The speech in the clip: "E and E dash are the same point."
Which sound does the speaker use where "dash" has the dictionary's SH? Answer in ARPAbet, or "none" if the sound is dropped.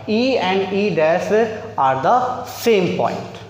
S